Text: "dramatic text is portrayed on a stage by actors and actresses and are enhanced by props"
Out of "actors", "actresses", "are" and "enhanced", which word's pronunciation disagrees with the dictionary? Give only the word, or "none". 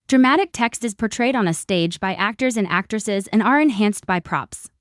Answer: none